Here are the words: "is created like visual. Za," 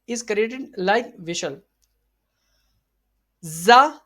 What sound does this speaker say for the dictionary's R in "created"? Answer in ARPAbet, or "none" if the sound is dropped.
R